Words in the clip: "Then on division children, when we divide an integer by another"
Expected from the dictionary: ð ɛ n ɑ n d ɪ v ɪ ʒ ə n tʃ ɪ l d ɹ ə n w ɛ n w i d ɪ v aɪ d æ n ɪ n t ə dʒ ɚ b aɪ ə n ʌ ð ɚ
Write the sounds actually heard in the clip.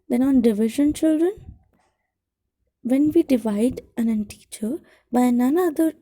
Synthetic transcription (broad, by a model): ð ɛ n ɑ n d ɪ v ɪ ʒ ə n tʃ ɪ l d ɹ ə n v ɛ n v i d ɪ v aɪ d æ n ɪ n t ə tʃ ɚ b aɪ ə n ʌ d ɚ